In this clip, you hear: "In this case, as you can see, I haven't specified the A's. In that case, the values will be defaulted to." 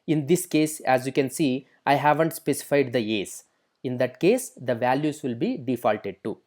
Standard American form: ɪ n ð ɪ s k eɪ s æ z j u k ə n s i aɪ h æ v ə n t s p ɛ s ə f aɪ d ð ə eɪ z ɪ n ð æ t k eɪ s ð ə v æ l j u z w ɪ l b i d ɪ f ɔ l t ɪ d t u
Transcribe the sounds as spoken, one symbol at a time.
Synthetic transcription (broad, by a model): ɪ n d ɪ s k eɪ s æ z j u k ə n s i aɪ h æ v ə n t s p ɛ s ə f aɪ d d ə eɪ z ɪ n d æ t k eɪ s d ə v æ l j u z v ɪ l b i d ɪ f ɔ l t ɪ d t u